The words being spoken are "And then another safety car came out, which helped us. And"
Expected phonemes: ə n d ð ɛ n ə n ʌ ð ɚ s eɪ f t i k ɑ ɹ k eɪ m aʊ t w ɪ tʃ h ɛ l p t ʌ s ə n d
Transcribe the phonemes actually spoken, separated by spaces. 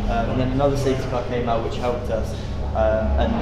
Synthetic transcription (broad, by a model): ə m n ð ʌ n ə n ʌ ð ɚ s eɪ t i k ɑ k eɪ m aʊ t w ɪ tʃ h ɛ l p t ʌ s ə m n